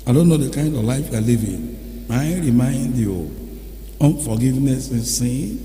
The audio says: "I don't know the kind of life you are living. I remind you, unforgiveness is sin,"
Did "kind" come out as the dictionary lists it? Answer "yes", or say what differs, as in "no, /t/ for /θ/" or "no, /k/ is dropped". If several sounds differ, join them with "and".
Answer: yes